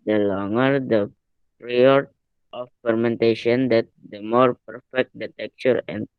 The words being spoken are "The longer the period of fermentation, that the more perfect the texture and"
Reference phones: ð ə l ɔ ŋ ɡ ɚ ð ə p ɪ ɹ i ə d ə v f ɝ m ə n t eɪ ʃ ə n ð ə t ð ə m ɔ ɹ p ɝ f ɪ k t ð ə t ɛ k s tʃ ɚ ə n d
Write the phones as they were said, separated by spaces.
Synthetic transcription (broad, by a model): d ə l ɔ ŋ ɡ ɚ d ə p ɹ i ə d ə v f ɝ m ə n t eɪ ʃ ə n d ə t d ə m ɔ ɹ p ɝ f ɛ k t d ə t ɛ k tʃ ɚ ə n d